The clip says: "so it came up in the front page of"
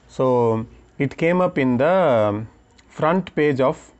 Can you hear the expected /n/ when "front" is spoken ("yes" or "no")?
yes